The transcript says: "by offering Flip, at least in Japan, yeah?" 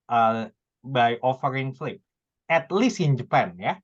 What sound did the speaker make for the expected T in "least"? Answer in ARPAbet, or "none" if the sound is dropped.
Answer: none